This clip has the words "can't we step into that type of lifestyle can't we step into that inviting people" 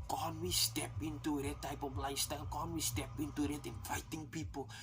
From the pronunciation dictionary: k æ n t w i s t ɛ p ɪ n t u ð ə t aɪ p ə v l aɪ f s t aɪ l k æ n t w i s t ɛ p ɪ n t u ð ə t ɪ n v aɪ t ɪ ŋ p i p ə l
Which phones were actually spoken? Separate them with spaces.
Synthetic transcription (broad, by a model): k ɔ n w i s t ɛ p ɪ n t u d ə t aɪ p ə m l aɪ s t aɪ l k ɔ n w i s t ɛ p ɪ n t u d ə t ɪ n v aɪ t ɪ ŋ p i p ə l